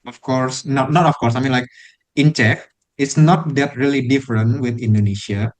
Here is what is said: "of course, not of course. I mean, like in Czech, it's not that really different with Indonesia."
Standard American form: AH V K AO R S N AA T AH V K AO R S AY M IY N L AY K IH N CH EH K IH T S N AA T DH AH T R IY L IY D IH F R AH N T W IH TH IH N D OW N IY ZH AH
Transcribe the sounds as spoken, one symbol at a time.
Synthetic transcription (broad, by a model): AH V K AO R S N AA T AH F K AO R S AY M IY N L AY K IH N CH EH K IH T S N AA T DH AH T R IY L IY D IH F R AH N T W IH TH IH N D OW N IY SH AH